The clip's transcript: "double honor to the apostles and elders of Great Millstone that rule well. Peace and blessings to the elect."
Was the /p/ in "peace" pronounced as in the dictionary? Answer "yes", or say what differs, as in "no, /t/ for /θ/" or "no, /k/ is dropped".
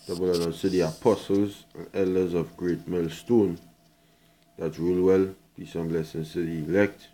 no, /b/ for /p/